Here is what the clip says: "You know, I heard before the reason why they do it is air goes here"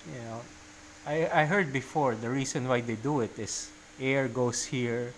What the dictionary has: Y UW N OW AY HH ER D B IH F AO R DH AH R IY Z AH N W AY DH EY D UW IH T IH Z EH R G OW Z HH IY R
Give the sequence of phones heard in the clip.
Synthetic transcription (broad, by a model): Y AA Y AY HH ER D B IH F AO R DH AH R IY S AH N W AY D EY D UW IH T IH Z EH R G OW S HH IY R